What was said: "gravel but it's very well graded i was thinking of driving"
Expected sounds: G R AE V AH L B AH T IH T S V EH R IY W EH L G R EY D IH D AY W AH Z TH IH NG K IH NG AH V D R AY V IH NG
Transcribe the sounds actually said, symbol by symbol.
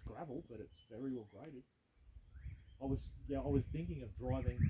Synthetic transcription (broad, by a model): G R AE V L B AH T IH T S V EH R IY W EH L G R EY D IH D AY W AH Z TH IH NG K IH NG AH V D R AY V IH NG